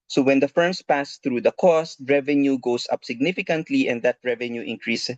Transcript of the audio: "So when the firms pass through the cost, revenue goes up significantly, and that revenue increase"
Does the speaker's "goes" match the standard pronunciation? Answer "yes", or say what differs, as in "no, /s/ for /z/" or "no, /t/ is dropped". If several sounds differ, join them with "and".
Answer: no, /s/ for /z/